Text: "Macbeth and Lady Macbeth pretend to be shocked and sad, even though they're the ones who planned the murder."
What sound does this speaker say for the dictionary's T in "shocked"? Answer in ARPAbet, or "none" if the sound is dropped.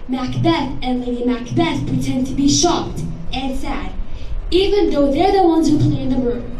T